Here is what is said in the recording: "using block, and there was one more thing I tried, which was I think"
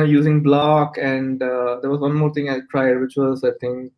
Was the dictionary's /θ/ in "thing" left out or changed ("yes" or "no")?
yes